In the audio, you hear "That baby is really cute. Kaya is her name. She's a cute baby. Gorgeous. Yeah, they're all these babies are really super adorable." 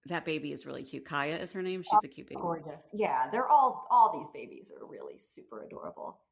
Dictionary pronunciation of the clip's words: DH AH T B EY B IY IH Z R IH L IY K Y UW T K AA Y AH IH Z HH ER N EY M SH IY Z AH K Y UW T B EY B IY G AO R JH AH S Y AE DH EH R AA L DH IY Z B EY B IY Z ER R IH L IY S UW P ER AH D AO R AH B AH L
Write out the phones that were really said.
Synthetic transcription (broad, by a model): DH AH T B EY B IY IH Z R IH L IY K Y UW K AA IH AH IH Z HH ER N EY M SH IY Z AH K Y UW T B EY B G AO R JH AH S Y AE DH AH R AA L DH IY Z B EY B IY Z ER R IH L IY S UW P ER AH D AO R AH B L